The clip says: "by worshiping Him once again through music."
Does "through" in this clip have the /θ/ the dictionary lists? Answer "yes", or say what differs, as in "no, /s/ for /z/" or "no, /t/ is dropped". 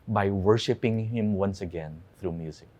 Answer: yes